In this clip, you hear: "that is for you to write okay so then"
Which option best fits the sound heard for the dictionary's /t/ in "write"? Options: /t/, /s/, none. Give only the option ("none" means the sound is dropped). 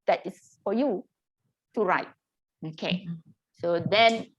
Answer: /t/